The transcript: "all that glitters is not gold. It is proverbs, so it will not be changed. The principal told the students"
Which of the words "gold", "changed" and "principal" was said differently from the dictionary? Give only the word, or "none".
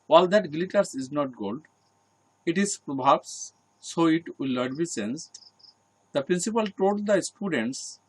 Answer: changed